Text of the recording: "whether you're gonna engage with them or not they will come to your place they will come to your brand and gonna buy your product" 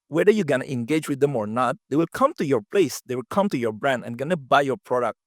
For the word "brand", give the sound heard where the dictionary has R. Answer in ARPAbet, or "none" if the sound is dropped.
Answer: R